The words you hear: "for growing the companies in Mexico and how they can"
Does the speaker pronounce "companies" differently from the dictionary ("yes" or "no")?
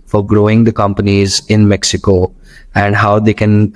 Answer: no